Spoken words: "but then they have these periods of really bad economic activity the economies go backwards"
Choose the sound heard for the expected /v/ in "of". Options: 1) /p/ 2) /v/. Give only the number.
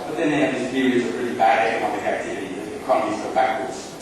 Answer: 1